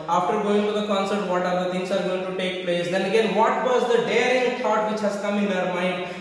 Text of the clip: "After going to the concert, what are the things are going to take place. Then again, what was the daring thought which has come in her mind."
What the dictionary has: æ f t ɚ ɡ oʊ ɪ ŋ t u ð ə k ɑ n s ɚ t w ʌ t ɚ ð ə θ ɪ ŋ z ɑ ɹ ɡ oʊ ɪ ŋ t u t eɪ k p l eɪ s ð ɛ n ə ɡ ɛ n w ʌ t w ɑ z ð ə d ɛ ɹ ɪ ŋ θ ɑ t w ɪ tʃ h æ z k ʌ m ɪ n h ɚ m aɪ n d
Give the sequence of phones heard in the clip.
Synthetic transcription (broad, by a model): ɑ f t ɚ ɡ oʊ ɪ ŋ t u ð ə k ɑ n s ɚ t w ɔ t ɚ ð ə t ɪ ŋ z ɑ ɹ ɡ oʊ ɪ ŋ t u t eɪ k p l eɪ s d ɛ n ə ɡ ɛ n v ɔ t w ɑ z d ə d ɛ ɹ ɪ ŋ t ɑ t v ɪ tʃ h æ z k ʌ m ɪ n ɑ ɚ m aɪ n d